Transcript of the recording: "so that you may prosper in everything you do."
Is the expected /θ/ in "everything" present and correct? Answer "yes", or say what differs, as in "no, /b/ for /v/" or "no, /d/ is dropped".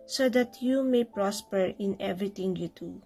no, /t/ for /θ/